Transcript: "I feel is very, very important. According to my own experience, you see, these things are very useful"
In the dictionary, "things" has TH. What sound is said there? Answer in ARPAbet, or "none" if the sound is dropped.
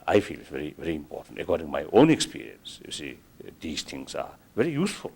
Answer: T